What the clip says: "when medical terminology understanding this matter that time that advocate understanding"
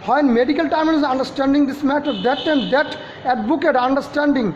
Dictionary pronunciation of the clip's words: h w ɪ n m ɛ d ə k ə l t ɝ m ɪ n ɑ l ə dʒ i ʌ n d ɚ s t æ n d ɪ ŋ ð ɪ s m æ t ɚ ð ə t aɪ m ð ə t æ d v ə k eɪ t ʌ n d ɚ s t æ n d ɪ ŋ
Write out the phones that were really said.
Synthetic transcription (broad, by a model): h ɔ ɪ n m ɛ d ə k ə l t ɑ ɪ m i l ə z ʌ n d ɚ s t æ n d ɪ ŋ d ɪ s m æ t ɚ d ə t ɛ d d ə t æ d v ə k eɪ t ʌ n d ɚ s t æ n d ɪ ŋ